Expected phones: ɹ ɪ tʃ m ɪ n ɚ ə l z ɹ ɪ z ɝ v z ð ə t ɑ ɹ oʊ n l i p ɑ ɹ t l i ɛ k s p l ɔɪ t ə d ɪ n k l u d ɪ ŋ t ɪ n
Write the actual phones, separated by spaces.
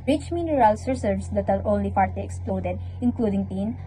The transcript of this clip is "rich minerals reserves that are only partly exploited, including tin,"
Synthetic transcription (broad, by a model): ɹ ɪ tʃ m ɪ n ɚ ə l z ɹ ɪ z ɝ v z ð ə t ɑ ɹ oʊ n l i f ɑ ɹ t i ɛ k s p l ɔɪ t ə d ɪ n k l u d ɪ ŋ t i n